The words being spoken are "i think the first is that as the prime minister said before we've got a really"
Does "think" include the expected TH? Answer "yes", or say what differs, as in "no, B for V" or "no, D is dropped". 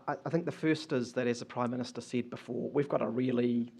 yes